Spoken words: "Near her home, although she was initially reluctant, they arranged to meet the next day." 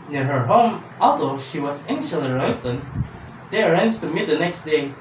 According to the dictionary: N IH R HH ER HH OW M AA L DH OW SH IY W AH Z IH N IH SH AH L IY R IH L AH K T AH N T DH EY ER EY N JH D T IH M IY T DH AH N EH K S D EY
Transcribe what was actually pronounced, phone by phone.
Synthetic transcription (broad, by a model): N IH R HH ER HH OW M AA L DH OW SH IY W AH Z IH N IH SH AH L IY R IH IH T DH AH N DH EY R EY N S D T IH M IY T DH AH N EH K S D EY